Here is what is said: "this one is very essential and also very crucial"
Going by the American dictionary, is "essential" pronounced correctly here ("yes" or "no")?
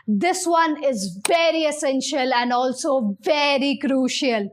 yes